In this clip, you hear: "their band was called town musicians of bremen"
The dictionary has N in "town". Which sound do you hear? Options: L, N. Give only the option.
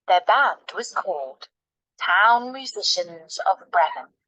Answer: N